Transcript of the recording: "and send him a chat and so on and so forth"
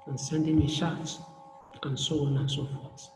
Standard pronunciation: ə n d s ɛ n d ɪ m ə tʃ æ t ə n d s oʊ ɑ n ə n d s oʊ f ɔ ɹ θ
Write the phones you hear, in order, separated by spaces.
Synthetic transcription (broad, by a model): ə n s ɛ n d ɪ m ə ʃ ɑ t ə n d s oʊ ɑ n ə n s oʊ f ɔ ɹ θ